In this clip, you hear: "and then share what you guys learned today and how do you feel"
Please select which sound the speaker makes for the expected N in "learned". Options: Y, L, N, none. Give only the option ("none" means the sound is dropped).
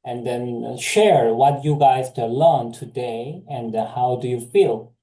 L